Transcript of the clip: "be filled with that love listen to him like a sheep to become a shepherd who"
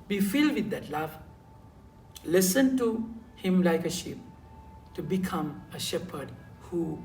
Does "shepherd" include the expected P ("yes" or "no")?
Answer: yes